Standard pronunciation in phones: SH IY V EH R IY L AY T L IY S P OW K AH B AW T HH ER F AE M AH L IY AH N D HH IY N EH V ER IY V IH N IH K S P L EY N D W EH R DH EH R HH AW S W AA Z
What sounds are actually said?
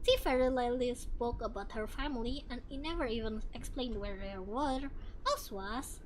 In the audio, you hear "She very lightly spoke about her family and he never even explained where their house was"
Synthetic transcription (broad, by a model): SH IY F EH R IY L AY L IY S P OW K AH B AW T HH ER F AE M AH L IY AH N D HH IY N EH V ER IY V IH N IH K S P L EY N D W EH R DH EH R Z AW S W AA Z